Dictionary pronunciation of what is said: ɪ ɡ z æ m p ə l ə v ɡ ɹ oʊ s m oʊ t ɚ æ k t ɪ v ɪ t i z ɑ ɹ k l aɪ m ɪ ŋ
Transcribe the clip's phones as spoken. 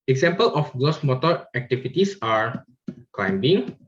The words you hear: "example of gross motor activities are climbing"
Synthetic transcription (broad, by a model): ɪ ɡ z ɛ m p ə l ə f ɡ l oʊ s m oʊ t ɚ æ k t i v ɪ t i s ɑ ɹ k l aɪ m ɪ ŋ